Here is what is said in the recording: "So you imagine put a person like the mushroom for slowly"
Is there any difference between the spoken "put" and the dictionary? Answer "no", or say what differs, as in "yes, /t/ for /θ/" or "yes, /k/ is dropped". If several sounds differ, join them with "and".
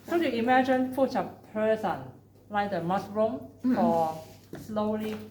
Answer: yes, /f/ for /p/